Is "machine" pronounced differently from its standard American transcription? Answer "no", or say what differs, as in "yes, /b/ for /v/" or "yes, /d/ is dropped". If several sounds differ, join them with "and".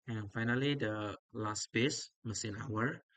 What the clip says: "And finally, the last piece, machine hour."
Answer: yes, /s/ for /ʃ/